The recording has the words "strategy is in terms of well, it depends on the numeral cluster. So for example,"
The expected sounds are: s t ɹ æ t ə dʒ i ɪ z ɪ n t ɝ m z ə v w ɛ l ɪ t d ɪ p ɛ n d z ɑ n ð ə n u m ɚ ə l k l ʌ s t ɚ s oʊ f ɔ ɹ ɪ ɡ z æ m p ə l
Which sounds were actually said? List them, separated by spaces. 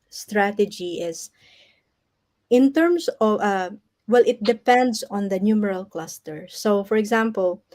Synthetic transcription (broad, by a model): s t ɹ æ t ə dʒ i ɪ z ɪ n t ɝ m s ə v w ɛ l ɪ t d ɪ p ɛ n d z ɑ n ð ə n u m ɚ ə l k l ʌ s t ɚ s oʊ f ɔ ɹ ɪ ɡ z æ m p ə l